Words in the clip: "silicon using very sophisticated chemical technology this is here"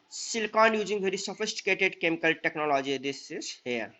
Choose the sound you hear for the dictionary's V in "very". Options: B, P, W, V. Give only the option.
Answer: B